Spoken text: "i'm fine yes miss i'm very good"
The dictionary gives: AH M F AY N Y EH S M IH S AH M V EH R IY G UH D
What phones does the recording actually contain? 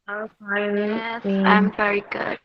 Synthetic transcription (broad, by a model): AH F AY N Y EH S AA AH M V EH R IY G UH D